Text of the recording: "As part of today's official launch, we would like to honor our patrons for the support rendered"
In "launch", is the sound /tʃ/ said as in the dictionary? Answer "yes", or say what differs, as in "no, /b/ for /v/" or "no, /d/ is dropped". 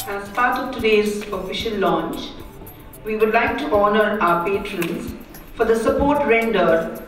yes